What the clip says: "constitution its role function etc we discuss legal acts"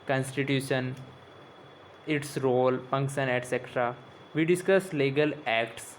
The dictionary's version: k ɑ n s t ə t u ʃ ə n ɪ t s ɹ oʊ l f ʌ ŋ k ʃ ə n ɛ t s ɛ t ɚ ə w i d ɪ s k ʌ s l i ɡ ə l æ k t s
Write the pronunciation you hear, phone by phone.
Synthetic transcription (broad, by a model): k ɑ n s t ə t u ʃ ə n ɪ t s ɹ oʊ l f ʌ ŋ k s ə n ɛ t s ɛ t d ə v i d ɪ s k ʌ s l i ɡ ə l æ k t s